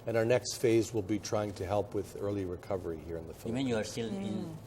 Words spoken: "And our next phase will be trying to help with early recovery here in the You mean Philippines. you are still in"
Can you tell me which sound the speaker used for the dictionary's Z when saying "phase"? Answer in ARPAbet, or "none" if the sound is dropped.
Z